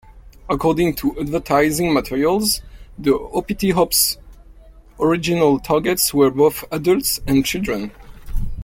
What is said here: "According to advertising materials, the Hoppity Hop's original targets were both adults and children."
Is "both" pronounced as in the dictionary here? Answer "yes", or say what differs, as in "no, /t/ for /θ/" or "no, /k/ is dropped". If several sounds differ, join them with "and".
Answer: yes